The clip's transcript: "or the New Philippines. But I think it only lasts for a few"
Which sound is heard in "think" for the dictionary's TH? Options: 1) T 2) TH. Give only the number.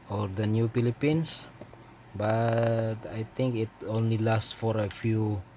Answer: 1